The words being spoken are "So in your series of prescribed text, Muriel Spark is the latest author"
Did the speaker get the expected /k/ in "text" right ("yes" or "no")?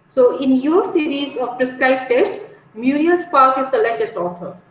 no